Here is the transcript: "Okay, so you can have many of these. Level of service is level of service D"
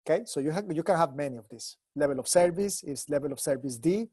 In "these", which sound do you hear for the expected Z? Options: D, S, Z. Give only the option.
S